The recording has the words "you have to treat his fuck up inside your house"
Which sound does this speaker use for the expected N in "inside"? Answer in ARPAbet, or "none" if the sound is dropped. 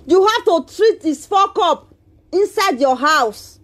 N